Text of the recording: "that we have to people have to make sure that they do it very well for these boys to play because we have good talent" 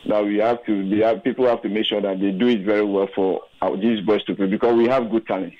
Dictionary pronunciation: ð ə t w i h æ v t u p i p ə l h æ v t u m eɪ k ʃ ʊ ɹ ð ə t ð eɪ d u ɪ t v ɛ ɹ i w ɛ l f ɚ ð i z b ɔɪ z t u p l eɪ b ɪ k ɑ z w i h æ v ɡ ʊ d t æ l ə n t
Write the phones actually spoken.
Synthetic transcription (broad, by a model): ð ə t w i h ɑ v t u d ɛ p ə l h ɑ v t u m eɪ k ʃ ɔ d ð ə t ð eɪ d u ɪ t v ɛ ɹ i w ɛ l f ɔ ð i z b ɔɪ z t u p eɪ b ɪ k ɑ s w i h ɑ v ɡ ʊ d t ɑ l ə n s